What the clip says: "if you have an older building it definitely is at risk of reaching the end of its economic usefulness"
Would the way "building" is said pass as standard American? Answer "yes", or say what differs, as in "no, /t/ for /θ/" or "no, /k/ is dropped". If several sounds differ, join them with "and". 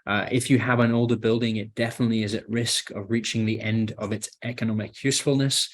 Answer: yes